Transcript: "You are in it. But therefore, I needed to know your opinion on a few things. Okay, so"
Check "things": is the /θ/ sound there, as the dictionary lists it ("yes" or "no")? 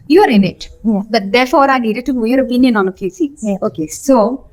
no